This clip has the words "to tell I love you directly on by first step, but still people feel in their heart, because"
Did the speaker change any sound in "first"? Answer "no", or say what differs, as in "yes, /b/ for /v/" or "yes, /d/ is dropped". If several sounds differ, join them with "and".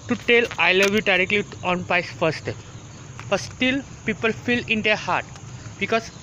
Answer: yes, /s/ is dropped